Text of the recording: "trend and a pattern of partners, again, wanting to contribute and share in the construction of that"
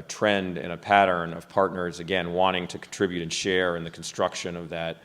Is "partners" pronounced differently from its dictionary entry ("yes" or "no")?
no